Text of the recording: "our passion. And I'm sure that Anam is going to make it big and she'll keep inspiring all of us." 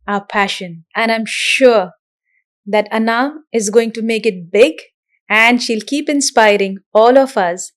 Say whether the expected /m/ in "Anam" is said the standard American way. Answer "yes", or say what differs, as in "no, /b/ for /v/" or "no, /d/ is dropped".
no, /m/ is dropped